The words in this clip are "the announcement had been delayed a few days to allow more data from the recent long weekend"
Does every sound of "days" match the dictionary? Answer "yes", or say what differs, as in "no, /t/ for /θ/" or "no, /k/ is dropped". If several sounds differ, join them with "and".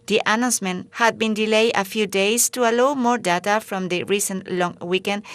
no, /s/ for /z/